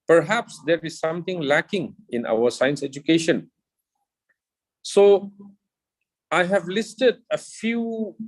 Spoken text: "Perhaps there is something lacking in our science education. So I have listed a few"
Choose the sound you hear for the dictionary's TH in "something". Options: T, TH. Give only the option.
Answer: T